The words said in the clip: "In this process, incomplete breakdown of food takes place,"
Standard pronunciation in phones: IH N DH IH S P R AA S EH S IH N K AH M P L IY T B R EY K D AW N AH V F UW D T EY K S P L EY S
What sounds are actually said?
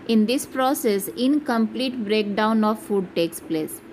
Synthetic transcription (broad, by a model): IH N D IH S P R AA S EH S IH N K AH M P L IY T B R EY K D AW N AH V F UW D T EY K S P L EY S